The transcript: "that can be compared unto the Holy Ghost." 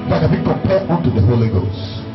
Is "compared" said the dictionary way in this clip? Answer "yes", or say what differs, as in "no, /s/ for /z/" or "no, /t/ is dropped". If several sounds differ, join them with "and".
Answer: no, /m/ is dropped